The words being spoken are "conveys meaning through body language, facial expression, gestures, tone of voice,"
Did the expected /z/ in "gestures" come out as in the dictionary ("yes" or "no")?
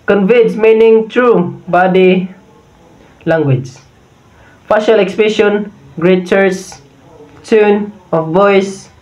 no